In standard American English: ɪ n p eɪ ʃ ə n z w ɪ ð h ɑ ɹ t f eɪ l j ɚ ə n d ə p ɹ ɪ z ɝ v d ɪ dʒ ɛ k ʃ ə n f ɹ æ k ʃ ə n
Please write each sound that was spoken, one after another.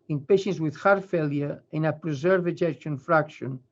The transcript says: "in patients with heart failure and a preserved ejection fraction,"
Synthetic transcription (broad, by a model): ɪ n p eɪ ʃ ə n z w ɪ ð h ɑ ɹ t f eɪ l j ɚ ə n ə p ɹ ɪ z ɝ v ɪ dʒ ɛ k ʃ ə n f ɹ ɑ k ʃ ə n